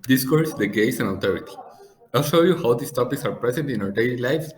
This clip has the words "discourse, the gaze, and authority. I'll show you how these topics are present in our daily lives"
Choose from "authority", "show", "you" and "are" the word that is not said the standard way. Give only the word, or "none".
authority